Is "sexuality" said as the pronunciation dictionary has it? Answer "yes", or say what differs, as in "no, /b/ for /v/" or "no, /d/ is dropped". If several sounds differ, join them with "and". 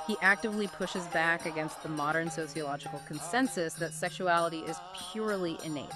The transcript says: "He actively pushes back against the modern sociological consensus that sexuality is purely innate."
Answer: yes